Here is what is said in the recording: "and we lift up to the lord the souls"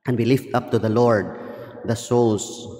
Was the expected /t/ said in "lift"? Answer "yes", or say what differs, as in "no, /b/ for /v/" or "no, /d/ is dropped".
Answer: yes